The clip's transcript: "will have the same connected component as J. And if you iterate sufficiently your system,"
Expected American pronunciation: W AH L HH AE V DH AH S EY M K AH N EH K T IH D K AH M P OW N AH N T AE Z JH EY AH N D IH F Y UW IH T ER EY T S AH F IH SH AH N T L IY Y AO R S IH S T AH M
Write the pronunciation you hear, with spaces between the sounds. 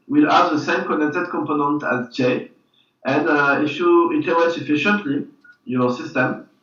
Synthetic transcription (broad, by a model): W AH L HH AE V DH AH S EY M K AH N EH K T IH D K AH M P OW N AH N T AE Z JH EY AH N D IH F Y UW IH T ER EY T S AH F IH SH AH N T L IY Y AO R S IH S T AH M